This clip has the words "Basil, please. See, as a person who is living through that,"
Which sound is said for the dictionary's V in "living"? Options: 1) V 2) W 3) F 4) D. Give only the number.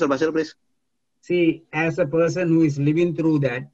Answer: 1